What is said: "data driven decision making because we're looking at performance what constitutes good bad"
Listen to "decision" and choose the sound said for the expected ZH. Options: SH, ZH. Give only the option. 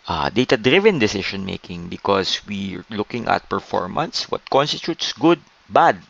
SH